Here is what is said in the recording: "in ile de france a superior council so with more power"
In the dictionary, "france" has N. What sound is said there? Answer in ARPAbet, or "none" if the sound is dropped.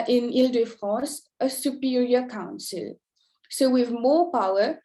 none